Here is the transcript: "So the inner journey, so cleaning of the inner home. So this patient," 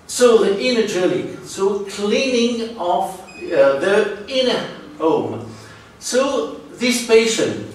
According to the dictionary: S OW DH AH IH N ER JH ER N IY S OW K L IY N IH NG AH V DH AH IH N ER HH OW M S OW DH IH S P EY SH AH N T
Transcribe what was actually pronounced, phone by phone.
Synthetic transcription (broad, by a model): S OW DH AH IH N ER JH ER L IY S OW K L IY N IH NG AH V DH AH IH N ER HH OW M S OW DH IH S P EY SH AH N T